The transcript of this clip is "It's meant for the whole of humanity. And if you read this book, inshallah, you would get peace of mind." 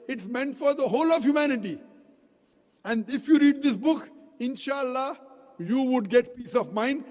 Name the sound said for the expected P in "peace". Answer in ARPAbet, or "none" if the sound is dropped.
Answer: P